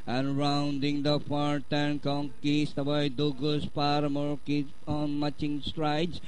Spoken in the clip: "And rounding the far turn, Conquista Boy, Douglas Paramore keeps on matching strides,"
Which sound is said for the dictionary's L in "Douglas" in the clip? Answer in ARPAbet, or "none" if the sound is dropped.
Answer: none